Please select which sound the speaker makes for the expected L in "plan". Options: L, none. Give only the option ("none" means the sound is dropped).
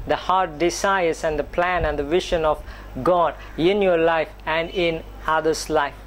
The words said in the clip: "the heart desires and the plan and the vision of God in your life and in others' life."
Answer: L